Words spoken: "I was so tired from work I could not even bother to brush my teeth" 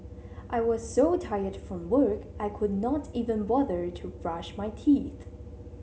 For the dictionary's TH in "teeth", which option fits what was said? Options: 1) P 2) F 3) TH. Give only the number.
3